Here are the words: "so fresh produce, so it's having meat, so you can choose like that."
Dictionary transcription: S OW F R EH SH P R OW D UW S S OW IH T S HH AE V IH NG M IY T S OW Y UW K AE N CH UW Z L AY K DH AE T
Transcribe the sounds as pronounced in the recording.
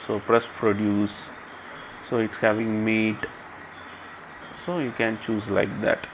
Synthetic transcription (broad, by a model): S OW P R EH S P R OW D UW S S OW IH T S HH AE V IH NG M IY T S OW Y UW K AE N CH UW Z L AY K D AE T